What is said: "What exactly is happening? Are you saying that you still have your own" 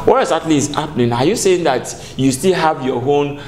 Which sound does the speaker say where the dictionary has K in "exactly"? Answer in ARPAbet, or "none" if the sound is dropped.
none